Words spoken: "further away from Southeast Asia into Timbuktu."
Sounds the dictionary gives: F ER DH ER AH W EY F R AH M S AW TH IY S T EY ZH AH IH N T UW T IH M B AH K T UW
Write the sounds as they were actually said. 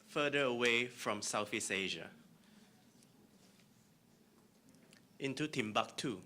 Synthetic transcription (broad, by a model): F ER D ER AH W EY F R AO M S AW F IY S EY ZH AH IH N T UW T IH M B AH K T UW